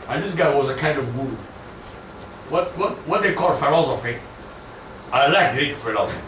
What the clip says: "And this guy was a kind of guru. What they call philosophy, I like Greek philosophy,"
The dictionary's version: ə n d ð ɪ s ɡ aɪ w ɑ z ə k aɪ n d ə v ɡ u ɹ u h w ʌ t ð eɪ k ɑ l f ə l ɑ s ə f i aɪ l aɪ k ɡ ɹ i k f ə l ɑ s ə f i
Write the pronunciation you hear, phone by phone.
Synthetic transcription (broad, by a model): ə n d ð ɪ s ɡ aɪ w ɑ z ə k aɪ n d ə v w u w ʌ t w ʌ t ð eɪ k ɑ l f ə l ɑ s ə f i aɪ l aɪ k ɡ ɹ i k f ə l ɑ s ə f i